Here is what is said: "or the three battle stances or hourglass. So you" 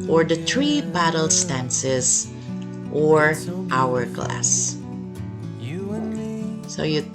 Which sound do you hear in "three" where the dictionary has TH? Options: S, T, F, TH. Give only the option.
T